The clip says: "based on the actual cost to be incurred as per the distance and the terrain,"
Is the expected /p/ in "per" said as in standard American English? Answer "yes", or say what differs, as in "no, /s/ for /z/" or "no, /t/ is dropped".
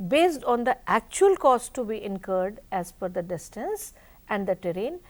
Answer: no, /f/ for /p/